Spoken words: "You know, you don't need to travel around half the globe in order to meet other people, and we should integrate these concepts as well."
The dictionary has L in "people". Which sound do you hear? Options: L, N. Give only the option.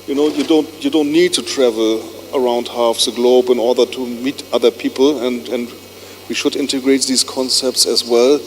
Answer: N